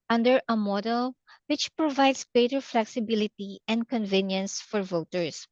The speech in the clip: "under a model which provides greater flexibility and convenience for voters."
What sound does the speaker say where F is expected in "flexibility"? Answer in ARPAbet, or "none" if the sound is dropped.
F